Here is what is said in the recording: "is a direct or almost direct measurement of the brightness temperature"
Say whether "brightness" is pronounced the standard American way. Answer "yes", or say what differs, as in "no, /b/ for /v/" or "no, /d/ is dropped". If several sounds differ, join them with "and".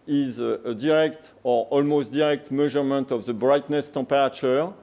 yes